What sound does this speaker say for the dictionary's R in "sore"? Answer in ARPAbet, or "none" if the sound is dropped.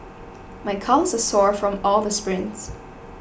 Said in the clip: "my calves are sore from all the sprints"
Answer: R